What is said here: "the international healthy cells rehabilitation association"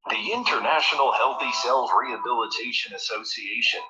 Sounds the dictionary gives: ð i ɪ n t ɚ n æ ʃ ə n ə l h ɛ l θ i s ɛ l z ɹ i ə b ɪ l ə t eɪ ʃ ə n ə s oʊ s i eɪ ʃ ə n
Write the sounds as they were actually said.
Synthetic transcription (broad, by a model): ð i ɪ n t ɚ n æ ʃ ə n l h ɛ l θ i s ɛ l z ɹ i ə b ɪ l ə t eɪ ʃ ə n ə s oʊ s i eɪ ʃ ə n